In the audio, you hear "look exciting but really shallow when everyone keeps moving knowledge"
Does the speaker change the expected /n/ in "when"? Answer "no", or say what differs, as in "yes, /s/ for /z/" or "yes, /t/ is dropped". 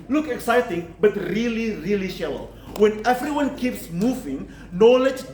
no